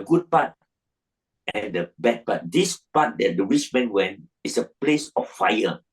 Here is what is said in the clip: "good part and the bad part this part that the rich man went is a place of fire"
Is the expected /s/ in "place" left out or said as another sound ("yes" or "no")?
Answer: no